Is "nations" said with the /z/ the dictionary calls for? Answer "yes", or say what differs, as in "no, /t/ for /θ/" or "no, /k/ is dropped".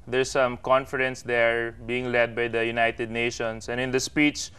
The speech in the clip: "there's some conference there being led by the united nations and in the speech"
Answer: no, /s/ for /z/